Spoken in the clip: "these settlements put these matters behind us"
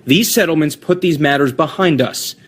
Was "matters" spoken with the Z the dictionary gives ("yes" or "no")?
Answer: yes